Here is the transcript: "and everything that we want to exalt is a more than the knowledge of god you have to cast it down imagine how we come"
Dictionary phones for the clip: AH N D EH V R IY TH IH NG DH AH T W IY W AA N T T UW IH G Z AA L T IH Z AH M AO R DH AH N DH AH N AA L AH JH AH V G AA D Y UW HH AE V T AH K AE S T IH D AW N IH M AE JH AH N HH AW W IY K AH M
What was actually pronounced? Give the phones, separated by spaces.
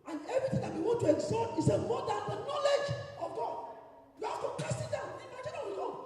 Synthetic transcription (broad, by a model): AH N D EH V R IY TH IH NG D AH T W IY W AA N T T UW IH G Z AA T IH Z AH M AO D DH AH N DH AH N AA L AH JH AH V G AA D Y UW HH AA F T AH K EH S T IH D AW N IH M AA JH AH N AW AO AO